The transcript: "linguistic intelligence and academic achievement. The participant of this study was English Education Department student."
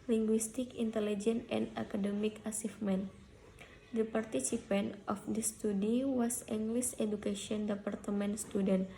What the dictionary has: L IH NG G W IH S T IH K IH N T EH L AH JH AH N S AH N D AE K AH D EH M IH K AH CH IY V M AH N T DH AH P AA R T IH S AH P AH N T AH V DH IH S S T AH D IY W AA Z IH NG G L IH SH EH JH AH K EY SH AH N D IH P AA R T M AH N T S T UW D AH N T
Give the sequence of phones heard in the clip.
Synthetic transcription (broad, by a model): L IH NG G W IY S T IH K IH N T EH L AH JH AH N AH N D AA K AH D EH M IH K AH S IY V M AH N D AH P AA R T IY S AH P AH N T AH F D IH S S T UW D IY W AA S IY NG G L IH S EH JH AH K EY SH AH N D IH P AA R T M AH N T S T UW D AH N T